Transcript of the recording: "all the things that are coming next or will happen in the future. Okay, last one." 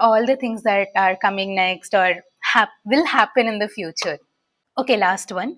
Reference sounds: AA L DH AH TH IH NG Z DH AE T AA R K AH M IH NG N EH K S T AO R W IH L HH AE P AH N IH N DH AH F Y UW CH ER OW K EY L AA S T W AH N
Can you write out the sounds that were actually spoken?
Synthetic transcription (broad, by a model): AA L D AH T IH NG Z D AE T AA R K AH M IH NG N EH K S T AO R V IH L HH AE P AH N IH N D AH F Y UW CH ER OW K EY L AA S T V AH N